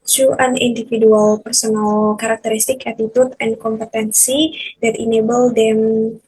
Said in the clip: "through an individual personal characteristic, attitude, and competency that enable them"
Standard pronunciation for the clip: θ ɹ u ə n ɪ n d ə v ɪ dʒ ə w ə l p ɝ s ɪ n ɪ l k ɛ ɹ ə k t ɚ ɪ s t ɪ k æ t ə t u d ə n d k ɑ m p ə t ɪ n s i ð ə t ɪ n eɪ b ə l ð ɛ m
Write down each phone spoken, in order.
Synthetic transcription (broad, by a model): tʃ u ə n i n d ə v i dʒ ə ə l p ɝ s ɪ n ɪ l k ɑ ɹ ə k t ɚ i s t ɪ k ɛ t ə t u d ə n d k ɑ m p ə t ɪ n s i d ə t ɪ n eɪ b ə l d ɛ m